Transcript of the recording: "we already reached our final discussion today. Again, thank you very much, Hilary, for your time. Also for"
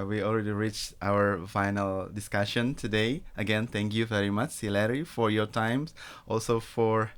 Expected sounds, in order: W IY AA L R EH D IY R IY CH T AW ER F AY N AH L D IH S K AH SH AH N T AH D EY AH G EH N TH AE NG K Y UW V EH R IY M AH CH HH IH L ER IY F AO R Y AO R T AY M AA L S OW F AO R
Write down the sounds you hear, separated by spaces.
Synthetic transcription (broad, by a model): W IY AA L R EH D IY R IY CH T AW ER F AY N AH L D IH S K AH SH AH N T AH D EY AH G EH N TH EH NG K Y UW V EH R IY M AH CH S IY L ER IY F AO R Y AO R T AY M AA L S OW F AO R